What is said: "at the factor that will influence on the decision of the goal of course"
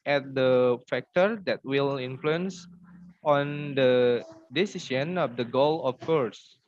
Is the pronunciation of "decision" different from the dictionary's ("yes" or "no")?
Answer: yes